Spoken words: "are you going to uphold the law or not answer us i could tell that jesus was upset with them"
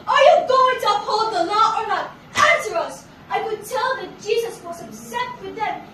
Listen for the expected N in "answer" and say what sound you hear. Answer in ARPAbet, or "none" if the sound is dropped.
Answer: N